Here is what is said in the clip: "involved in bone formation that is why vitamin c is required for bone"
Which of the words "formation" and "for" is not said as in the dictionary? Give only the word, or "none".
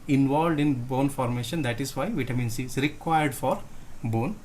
none